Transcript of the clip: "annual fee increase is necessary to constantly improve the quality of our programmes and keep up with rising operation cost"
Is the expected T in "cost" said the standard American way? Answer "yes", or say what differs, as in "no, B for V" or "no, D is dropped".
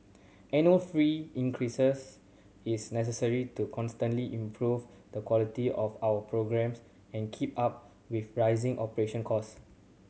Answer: no, T is dropped